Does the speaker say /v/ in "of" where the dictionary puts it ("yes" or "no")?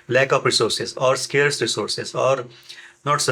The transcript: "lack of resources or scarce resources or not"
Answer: no